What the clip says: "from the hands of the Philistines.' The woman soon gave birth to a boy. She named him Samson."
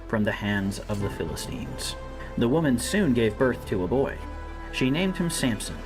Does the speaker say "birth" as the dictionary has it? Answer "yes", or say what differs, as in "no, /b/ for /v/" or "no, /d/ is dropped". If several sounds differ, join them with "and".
yes